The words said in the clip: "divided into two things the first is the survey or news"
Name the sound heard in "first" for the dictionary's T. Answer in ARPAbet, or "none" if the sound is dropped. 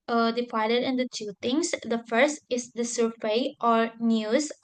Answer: T